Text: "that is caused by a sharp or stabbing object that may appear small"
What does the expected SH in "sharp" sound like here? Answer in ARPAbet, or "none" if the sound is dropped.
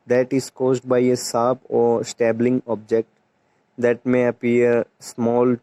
S